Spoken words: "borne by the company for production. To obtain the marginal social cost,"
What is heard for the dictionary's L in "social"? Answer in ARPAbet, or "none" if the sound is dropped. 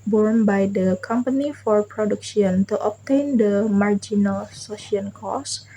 N